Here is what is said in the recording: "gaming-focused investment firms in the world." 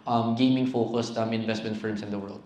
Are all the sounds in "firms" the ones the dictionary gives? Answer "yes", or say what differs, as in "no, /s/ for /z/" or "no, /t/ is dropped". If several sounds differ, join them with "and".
no, /s/ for /z/